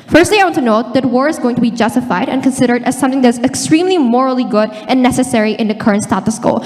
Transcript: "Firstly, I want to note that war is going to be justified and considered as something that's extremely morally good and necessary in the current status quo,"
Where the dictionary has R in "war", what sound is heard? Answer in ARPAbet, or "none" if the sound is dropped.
R